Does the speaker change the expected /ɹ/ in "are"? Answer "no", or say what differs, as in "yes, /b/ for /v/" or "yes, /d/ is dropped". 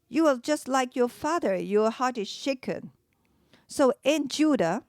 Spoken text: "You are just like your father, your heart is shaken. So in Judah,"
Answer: yes, /l/ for /ɹ/